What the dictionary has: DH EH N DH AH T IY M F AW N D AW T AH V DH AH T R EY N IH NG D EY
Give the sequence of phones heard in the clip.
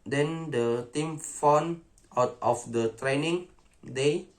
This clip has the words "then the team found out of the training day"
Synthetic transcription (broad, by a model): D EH N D AH T IY M F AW N AW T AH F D AH T R EY N IH NG D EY